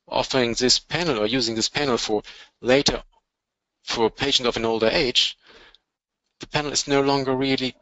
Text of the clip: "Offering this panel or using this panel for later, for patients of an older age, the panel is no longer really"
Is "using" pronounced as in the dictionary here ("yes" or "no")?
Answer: yes